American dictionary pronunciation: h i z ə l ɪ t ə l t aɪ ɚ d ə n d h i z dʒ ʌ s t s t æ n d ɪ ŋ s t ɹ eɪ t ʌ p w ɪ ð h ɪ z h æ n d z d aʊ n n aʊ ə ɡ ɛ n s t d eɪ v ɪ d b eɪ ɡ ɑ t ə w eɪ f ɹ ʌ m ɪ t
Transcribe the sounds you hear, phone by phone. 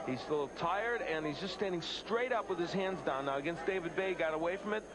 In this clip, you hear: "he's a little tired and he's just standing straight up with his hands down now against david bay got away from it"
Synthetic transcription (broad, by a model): h i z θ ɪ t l t aɪ ɚ d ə n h i z dʒ ʌ s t s t æ n d ɪ ŋ s t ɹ eɪ t ʌ p w ɪ ð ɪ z h æ n d z d aʊ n n aʊ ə ɡ ɛ n s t d eɪ v ɪ d b eɪ ɡ ɑ t ə w eɪ f ɹ ʌ m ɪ t